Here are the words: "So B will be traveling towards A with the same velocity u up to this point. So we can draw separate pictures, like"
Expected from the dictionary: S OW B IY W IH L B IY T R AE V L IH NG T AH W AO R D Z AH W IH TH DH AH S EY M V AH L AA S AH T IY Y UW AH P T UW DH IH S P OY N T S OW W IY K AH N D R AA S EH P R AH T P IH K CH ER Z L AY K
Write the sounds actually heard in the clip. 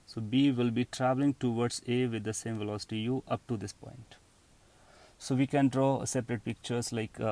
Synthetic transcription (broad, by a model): S OW B IY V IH L B IY T R AE V L IH NG T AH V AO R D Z AH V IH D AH S EY M V AH L AA S AH T IY Y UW AH P T UW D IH S P OY N T S OW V IY K AH N D R AA S EH P R AH T P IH K CH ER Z L AY K